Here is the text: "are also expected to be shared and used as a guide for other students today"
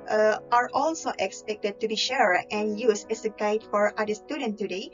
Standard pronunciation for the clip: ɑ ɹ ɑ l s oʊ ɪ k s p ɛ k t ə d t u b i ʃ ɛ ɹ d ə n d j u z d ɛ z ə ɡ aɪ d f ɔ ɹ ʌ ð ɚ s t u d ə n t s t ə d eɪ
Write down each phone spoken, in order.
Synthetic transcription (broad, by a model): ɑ ɹ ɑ l s oʊ ɪ k s p ɛ k t ə d t u b i ʃ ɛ ɹ ə n j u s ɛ s ə ɡ aɪ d f ɔ ɹ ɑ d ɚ s t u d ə n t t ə d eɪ